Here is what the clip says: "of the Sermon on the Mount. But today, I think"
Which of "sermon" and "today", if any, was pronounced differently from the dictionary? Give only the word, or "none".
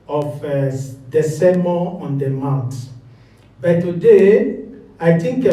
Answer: sermon